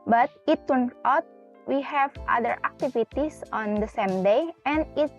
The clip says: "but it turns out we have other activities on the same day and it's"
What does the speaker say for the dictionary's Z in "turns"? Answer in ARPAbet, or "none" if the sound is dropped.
none